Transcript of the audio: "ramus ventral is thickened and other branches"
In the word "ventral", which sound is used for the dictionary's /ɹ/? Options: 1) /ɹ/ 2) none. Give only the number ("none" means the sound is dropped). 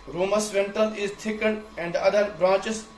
2